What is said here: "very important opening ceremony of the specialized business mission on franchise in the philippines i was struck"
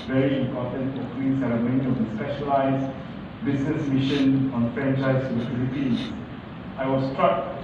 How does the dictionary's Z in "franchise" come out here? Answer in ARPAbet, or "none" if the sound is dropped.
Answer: none